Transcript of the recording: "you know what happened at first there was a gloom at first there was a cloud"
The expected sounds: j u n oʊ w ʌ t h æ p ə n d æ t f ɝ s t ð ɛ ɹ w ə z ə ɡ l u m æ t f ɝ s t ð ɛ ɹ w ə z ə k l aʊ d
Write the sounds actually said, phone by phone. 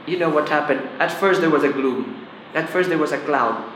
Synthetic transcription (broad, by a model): j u n oʊ w ʌ t h æ p ə n d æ t f ɝ s t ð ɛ ɹ w ə z ə ɡ l u m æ t f ɝ s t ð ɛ ɹ w ə z ə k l aʊ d